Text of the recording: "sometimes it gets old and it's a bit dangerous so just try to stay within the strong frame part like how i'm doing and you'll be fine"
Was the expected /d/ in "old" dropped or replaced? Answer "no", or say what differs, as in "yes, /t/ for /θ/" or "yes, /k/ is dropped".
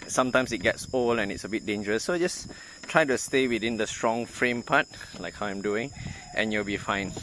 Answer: yes, /d/ is dropped